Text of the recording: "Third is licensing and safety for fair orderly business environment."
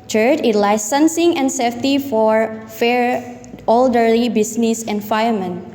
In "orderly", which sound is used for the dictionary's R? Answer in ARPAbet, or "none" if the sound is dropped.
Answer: L